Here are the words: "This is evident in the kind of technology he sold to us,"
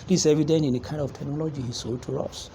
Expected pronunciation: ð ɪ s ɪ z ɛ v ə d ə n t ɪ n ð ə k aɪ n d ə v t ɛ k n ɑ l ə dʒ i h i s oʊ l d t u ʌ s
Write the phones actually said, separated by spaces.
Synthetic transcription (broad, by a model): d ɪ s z ɛ v ə d ə n t ɪ n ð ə k aɪ n d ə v t ɛ k n ɑ l ə dʒ i h i s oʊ d t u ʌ s